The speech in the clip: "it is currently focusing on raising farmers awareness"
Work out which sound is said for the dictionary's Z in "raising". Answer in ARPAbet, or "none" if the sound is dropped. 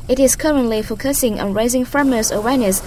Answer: Z